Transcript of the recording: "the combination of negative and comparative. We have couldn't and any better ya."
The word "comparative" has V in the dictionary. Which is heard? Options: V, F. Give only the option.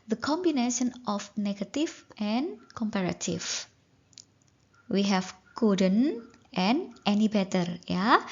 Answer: F